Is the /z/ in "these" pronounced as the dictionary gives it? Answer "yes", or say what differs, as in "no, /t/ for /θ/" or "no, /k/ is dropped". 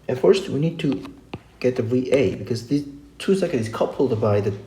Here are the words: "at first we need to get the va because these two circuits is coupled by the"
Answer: no, /z/ is dropped